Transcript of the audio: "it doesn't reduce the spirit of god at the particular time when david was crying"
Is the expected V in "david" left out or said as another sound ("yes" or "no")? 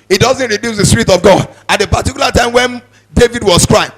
no